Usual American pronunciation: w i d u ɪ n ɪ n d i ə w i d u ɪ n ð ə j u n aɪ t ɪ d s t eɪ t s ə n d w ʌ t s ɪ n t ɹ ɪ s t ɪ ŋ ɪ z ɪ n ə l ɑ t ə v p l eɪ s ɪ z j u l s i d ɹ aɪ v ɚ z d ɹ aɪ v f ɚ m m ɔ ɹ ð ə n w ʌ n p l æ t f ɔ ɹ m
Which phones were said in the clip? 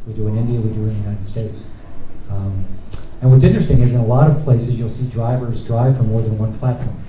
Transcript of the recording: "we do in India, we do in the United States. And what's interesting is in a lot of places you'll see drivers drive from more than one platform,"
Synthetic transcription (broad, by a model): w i d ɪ ɪ n ɪ n d i ə w i d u ɪ n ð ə j u n aɪ t ɪ d s t eɪ t s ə n w ʌ t s ɪ n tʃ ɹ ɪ s t ɪ ŋ ɪ z ɪ n ə l ɑ t ə v p l eɪ s ɪ z j u l s i d ɹ aɪ v ɚ z d ɹ aɪ v f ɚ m m ɔ ɹ ð ə n w ʌ n p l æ t f ɔ ɹ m